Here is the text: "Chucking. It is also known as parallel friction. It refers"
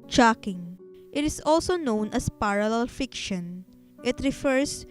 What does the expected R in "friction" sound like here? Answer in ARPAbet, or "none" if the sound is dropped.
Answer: none